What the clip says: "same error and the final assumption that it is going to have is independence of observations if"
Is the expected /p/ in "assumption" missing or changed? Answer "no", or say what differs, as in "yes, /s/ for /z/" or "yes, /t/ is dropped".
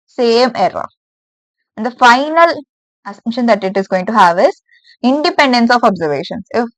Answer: yes, /p/ is dropped